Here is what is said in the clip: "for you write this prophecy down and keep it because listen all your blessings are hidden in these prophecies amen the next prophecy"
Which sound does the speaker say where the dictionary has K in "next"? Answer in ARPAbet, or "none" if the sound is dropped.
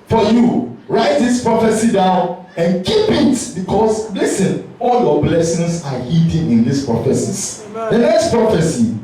K